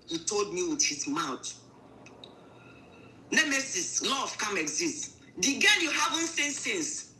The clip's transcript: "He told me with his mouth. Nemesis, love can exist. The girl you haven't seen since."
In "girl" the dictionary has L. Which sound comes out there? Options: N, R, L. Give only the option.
N